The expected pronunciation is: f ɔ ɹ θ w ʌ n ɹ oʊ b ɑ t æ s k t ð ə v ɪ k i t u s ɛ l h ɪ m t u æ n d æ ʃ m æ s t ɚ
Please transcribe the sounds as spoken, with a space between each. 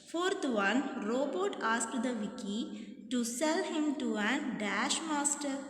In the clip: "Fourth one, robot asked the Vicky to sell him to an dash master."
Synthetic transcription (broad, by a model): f ɔ ɹ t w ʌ n ɹ oʊ b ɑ t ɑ s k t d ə v ɪ k i t u s ɛ l h ɪ m t u æ n d æ ʃ m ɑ s t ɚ